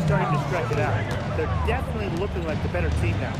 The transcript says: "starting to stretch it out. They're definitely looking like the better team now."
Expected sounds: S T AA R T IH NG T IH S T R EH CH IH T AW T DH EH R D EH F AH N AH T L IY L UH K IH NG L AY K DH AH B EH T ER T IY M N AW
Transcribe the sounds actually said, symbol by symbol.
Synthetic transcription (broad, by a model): S T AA R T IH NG T IH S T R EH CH IH T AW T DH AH R D EH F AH N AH T L IY L UH K IH NG L AY K DH AH B EH T ER S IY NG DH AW